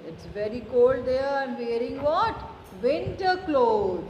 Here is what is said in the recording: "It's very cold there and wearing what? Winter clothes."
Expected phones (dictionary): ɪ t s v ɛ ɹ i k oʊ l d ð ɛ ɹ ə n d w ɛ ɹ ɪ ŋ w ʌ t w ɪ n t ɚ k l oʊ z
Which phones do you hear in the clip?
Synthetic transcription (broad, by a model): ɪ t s v ɛ ɹ i k oʊ l d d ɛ ɹ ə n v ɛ ɹ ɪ ŋ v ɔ t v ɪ n t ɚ k l oʊ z